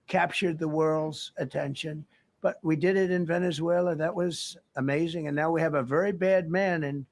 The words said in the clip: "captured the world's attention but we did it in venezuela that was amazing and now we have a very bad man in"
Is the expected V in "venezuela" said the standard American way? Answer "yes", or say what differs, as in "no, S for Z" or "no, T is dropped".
yes